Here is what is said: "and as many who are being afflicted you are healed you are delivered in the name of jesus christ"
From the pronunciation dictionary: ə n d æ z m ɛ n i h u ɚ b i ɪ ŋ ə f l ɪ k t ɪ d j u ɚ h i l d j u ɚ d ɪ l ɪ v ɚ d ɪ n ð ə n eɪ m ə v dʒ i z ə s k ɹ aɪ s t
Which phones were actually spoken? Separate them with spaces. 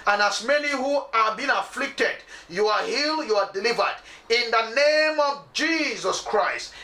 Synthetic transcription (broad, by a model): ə n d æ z m ɛ n i h u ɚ b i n ə f l ɪ k t ɪ d j u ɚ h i l j u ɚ d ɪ l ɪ v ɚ d ɪ n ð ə n eɪ m ə v dʒ i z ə s k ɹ aɪ s t